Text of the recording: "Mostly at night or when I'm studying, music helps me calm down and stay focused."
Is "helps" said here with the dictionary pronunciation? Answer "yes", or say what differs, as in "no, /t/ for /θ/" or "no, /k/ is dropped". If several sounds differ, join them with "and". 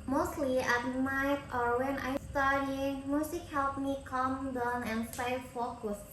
no, /s/ is dropped